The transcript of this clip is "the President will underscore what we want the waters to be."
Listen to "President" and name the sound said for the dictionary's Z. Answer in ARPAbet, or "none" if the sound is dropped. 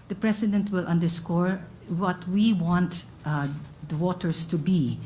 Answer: S